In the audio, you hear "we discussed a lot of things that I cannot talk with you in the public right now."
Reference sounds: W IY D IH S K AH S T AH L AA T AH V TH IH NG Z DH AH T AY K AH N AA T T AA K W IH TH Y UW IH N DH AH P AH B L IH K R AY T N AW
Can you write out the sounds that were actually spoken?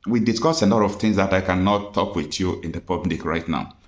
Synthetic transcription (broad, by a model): W IY D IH S K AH S AH L AA T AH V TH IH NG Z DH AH T AY K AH N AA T T AA K W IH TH Y UW IH N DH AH P AH B L IH K R AY T N AW